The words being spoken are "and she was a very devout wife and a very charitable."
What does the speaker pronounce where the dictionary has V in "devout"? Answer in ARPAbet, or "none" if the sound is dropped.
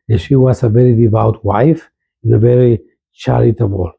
V